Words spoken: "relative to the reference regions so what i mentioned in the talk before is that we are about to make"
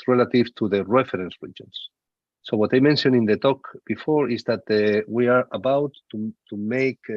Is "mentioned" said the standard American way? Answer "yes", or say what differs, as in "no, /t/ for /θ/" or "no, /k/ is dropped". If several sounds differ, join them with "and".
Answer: no, /d/ is dropped